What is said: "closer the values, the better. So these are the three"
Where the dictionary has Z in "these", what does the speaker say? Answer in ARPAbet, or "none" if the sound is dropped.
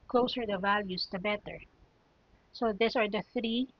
S